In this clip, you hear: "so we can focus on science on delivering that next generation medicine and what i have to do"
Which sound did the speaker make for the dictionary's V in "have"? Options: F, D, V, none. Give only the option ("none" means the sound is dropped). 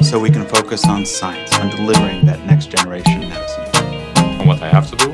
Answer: F